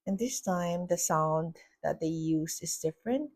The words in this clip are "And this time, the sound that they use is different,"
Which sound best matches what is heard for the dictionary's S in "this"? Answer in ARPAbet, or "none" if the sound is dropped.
S